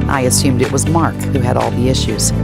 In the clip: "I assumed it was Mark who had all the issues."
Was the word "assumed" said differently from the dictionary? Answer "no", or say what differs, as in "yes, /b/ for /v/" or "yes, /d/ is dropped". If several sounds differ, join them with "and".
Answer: no